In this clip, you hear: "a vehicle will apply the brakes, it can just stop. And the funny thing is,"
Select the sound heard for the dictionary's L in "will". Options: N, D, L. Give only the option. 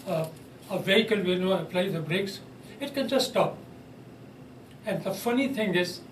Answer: N